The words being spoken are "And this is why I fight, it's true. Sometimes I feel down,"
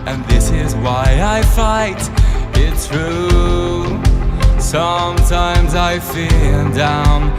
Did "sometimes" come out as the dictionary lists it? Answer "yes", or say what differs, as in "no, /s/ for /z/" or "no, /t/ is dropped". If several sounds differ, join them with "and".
yes